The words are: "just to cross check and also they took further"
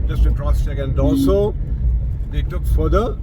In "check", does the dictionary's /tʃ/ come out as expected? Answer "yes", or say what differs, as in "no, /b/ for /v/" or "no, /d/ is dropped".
no, /s/ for /tʃ/